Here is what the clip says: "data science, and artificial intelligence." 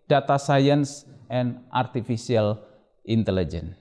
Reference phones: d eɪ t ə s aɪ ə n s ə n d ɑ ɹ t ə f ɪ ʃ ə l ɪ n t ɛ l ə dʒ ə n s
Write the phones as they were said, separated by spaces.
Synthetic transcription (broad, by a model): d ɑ t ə s aɪ ə n s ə n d ɑ ɹ t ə f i s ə l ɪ n t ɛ l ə dʒ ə n